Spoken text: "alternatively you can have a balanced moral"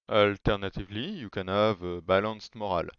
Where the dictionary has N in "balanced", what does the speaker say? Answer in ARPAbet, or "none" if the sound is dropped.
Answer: none